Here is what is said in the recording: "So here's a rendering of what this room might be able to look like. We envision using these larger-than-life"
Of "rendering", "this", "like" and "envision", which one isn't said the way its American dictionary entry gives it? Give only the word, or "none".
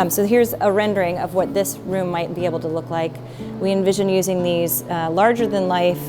none